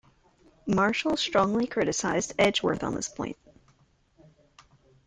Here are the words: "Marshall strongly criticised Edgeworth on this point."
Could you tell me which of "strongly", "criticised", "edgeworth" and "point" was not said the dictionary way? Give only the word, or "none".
none